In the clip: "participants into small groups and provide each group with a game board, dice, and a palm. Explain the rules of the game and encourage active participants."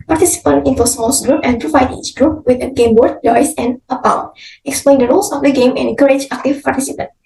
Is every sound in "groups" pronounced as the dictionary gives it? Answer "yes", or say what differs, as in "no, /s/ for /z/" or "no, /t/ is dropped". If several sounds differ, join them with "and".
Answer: no, /s/ is dropped